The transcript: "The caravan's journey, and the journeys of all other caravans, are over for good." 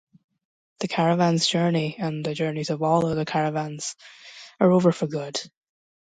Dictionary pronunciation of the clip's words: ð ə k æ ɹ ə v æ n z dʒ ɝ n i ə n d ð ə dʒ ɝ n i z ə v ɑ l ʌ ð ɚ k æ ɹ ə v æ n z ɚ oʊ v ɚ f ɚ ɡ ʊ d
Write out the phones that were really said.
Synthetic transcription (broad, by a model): ð ə k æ ɹ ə v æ n z dʒ ɝ n i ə n ð ə dʒ ɝ n i z ə v ɑ l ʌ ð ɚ k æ ɹ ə v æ n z ɚ oʊ v ɚ f ɚ ɡ ʊ d